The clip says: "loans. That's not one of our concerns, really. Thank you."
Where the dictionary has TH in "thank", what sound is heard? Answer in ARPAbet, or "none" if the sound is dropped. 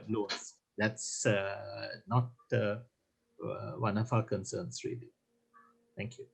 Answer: T